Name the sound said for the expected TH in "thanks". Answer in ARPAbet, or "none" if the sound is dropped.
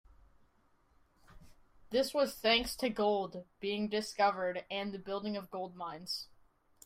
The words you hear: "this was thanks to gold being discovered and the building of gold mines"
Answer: TH